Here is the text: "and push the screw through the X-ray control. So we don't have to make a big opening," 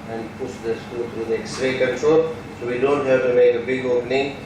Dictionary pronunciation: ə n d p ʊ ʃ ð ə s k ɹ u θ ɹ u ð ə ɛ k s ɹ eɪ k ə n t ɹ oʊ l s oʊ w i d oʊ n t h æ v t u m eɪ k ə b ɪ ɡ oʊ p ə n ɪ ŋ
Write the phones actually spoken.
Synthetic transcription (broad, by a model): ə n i p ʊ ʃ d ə s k u t ɹ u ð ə ɛ k s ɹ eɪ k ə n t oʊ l s oʊ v i d oʊ n t h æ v t u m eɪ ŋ ə b ɪ ɡ oʊ p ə n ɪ ŋ